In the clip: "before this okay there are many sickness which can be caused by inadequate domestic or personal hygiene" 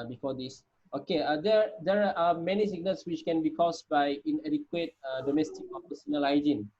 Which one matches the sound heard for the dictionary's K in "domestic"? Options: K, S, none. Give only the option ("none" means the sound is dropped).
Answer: K